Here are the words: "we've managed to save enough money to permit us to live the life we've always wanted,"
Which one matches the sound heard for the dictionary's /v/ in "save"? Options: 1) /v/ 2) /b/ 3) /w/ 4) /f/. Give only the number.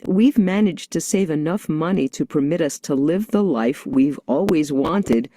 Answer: 1